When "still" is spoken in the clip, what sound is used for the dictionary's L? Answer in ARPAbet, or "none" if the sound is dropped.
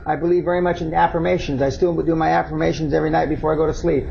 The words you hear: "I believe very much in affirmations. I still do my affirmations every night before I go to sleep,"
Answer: W